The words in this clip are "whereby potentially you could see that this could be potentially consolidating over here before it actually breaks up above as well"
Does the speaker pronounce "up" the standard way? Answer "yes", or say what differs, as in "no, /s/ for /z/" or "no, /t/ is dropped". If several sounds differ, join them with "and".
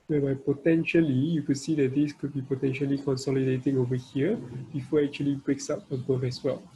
no, /f/ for /p/